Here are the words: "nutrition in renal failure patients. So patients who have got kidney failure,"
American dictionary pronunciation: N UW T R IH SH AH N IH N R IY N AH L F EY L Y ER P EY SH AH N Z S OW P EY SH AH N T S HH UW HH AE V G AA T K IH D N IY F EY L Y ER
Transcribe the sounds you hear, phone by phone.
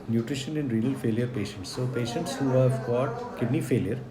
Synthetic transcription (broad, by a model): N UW T R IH SH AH N IH N R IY AH L F EY L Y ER P EY SH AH N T S OW P EY SH AH N T S HH UW HH AE V G AA T K IH D N IY F EY L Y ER